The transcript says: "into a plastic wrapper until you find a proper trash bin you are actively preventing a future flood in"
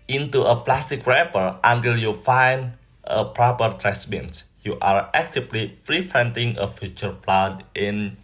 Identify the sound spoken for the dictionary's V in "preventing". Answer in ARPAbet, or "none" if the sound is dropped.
F